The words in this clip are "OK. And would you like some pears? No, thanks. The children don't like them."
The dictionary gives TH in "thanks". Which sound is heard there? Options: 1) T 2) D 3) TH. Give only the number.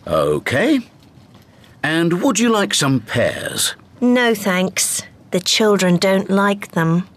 3